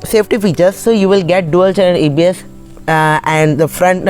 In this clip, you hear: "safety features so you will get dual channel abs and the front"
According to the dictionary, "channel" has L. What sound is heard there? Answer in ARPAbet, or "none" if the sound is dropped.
N